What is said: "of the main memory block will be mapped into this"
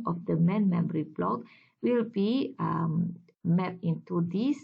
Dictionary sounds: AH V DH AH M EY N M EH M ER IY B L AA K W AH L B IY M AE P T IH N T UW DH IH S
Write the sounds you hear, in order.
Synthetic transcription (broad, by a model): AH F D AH M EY N M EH M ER IY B L AA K W AH L B IY M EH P IH N T UW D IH S